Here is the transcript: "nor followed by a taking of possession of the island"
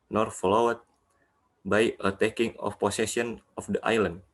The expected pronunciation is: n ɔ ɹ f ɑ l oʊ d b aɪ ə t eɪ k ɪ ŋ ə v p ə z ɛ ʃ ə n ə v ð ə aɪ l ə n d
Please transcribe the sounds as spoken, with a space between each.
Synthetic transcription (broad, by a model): n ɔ ɹ f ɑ l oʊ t b aɪ ə t eɪ k ɪ ŋ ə f p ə s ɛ s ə n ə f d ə aɪ l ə n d